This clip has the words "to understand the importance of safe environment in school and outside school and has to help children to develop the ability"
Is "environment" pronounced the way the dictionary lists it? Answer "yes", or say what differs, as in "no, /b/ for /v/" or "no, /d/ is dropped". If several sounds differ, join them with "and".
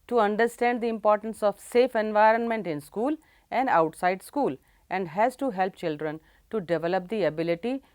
yes